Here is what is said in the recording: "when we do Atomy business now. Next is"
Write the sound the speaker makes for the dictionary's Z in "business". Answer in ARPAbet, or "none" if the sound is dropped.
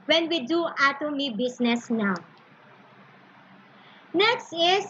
S